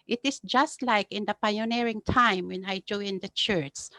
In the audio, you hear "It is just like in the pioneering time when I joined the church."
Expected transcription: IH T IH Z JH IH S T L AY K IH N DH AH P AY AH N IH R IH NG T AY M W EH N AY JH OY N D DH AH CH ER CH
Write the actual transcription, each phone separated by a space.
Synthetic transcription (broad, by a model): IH T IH S JH IH S T L AY K IH N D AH P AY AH N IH R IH NG T AY M W EH N AY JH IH N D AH CH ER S